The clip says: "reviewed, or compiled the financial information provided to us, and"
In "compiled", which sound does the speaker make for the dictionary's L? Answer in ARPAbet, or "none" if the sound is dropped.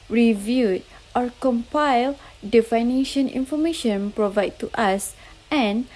L